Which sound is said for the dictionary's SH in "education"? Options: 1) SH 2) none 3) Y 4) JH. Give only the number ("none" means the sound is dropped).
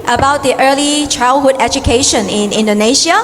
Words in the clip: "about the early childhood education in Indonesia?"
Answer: 1